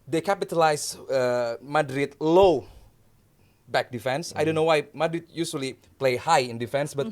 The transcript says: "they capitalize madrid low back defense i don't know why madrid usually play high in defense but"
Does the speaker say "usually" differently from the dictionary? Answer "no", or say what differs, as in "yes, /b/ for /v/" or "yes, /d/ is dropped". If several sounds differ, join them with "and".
yes, /s/ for /ʒ/